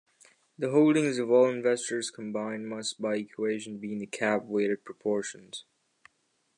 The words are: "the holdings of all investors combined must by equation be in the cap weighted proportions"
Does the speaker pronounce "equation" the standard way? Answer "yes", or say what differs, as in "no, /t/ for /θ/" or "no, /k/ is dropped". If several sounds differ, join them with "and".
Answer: yes